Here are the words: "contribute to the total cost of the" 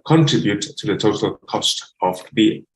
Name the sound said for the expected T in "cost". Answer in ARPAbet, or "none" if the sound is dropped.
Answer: T